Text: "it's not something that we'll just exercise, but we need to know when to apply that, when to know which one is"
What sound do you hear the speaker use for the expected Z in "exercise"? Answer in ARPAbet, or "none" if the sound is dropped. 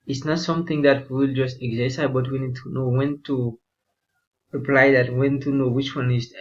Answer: none